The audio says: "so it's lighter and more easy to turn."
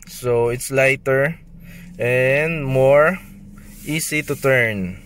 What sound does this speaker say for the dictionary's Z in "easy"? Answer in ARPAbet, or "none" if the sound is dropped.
S